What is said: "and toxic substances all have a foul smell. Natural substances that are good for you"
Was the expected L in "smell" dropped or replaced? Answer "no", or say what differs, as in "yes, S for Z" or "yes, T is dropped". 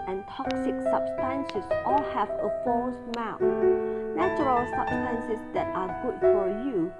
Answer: yes, N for L